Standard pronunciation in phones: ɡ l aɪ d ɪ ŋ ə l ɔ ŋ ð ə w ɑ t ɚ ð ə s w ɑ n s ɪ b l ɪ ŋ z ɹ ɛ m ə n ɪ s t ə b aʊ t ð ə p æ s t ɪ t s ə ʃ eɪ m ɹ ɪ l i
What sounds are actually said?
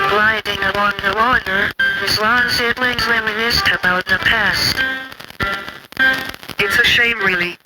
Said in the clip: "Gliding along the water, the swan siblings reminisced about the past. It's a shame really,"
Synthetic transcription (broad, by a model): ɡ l aɪ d ɪ ŋ ə l ɔ ŋ ð ə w ɑ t ɚ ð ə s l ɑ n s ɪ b l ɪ ŋ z l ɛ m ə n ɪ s t ə b aʊ t ð ə p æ s t ɪ t s ə ʃ eɪ m ɹ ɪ l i